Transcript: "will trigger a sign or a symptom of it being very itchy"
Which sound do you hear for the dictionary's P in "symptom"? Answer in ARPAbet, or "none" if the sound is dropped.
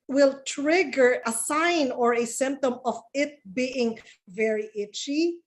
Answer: P